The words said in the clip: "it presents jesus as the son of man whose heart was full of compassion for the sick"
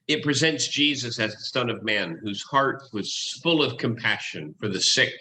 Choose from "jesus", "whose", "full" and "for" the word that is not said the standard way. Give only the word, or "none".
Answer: none